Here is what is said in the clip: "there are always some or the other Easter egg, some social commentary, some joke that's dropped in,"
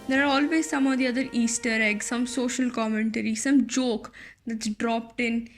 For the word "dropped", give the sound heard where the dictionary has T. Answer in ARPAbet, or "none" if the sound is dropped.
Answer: T